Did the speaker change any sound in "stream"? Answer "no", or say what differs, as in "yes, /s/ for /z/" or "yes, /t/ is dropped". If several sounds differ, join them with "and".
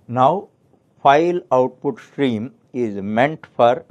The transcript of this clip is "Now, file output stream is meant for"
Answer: no